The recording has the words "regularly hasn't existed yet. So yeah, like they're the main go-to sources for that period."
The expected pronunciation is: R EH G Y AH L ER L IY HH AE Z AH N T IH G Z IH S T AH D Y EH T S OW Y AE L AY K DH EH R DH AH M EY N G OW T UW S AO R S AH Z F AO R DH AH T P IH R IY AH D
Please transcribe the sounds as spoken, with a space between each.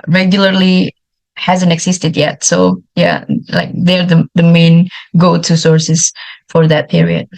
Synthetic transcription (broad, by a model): R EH G Y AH L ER L IY HH AE Z AH N T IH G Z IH S T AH D Y EH T S OW Y AE L AY K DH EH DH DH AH M EY N G OW T UW S AO R S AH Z F AO R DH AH T P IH R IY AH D